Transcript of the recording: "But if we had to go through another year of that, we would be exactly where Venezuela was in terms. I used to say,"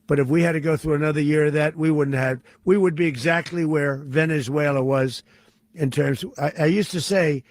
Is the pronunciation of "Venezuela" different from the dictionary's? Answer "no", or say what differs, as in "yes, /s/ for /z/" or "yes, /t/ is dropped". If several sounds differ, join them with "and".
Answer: no